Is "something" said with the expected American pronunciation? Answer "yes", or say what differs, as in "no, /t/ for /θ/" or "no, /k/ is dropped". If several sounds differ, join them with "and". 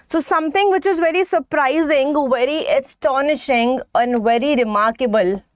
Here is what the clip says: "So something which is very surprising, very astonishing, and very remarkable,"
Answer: no, /t/ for /θ/